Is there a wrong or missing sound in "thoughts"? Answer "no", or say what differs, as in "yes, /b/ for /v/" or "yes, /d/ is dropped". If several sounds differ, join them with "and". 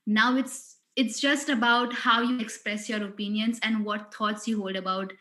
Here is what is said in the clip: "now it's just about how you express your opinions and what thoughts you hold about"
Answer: yes, /t/ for /θ/